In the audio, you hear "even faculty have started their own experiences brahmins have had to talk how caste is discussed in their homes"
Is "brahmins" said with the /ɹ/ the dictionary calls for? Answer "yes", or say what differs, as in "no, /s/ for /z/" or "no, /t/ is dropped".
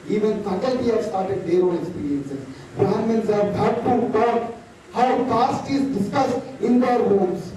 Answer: no, /ɹ/ is dropped